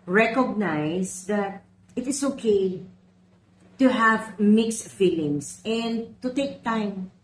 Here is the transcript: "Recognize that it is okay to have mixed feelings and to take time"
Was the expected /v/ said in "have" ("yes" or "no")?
yes